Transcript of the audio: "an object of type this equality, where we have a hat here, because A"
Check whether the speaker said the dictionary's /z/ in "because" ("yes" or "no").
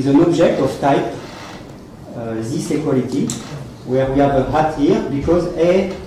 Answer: yes